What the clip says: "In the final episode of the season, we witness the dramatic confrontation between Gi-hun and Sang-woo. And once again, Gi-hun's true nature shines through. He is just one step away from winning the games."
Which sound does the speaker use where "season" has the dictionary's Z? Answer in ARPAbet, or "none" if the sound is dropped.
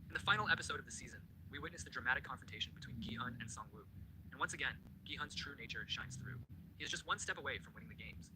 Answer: Z